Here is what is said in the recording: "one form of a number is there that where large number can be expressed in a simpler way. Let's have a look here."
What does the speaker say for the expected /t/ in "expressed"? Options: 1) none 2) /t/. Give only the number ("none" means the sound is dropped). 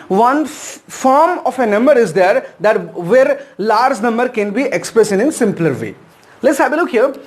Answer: 1